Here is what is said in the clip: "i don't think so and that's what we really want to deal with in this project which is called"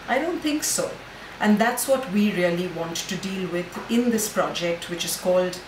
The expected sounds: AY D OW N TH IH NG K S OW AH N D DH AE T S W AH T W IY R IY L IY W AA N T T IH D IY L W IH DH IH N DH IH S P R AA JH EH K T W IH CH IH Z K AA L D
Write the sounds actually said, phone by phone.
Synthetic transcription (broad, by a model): AY D OW N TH IH NG K S OW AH N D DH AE T S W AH T W IY R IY L IY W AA N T T IH D IY L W IH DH IH N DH IH S P R AA JH EH K T W IH CH IH Z K AA L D